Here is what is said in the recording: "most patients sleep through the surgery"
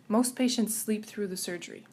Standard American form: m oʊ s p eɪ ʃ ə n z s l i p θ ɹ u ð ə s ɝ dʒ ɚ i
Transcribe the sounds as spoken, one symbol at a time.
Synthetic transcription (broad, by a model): m oʊ s p eɪ ʃ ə n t s l i p θ ɹ u ð ə s ɝ dʒ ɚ i